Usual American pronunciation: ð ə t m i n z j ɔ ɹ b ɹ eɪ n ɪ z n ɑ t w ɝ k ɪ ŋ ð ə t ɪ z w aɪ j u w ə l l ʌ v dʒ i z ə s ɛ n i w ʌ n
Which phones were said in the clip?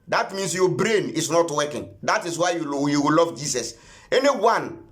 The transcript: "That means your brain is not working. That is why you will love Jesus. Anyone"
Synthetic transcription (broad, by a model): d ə t m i n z j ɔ b ɹ eɪ n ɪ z n ɑ t w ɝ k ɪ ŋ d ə t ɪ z w aɪ j u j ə w l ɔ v dʒ i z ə s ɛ n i w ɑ n